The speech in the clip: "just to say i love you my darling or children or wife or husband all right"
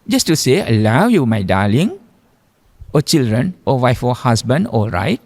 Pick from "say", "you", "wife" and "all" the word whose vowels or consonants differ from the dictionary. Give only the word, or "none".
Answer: none